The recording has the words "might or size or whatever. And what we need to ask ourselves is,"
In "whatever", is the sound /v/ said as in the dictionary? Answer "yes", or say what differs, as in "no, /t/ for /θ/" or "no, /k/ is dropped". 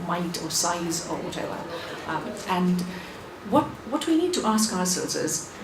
no, /w/ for /v/